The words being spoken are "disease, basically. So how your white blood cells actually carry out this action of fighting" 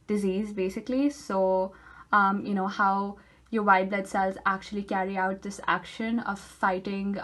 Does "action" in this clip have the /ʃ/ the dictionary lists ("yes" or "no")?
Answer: yes